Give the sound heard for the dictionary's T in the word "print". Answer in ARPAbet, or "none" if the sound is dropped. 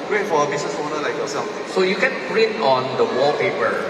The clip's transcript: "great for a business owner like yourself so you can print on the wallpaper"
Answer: none